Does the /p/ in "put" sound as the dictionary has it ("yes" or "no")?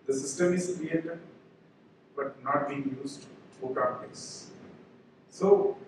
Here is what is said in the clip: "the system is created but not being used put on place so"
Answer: no